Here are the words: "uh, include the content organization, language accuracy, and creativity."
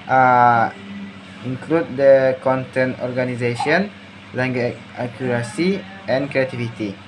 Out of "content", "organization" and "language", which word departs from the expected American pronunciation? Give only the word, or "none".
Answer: language